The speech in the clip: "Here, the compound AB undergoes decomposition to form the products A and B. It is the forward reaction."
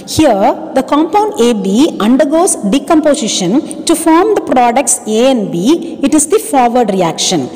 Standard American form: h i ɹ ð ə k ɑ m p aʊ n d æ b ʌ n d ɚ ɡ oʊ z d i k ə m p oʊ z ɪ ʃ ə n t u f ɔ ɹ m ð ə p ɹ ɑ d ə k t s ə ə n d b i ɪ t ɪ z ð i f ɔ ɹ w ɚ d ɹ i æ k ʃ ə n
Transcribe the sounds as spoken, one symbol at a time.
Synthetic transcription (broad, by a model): h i ɹ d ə k ɑ m p aʊ n d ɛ b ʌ n d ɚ ɡ oʊ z d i k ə m p oʊ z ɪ ʃ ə n t u f ɔ ɹ m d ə p ɹ ɑ d ə k t s ə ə n b i ɪ t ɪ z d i f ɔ ɹ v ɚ d ɹ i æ k ʃ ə n